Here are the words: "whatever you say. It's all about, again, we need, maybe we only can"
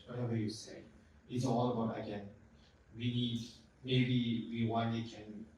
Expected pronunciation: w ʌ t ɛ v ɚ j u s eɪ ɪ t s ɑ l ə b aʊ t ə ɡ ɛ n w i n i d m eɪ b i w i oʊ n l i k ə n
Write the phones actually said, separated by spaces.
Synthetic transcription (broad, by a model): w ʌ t ɛ v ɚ j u s eɪ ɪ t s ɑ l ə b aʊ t ə ɡ ɛ n w i n i d m eɪ b i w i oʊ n i k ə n